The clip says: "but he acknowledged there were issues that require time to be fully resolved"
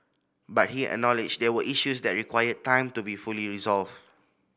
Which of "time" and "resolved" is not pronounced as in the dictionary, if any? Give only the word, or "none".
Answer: resolved